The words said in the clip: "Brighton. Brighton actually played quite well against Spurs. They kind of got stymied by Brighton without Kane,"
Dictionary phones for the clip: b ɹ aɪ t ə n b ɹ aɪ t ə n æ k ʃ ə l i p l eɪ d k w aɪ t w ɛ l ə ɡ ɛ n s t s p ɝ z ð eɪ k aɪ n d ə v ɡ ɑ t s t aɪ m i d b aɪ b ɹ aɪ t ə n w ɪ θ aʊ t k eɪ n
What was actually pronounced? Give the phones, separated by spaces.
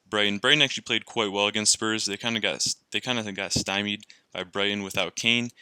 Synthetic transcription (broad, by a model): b ɹ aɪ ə n b ɹ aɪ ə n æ k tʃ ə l i p l eɪ d k w aɪ t w ɛ l ə ɡ ɛ n s t s p ɝ z ð eɪ k aɪ n d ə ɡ ɡ ɑ t s t aɪ m i d b aɪ b ɹ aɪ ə n w ɪ θ aʊ t k eɪ n